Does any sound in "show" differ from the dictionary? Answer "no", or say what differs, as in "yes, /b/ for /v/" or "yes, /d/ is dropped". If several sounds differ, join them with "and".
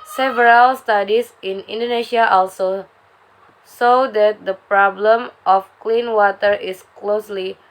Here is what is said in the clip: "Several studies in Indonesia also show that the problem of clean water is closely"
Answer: yes, /s/ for /ʃ/